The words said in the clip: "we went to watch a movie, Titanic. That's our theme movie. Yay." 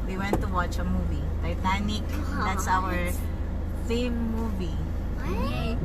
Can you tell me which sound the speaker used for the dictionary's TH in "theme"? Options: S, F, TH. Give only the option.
F